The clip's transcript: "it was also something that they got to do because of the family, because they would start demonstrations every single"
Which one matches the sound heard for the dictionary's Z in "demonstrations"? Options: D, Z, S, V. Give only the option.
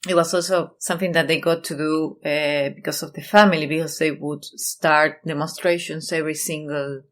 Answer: S